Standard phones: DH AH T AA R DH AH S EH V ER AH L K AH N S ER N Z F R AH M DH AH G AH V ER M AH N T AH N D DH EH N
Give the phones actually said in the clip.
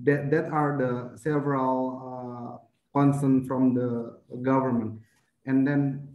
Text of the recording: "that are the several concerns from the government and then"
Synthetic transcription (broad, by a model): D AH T AA R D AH S EH V ER AH L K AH N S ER N F R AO M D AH G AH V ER M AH N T AH N D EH N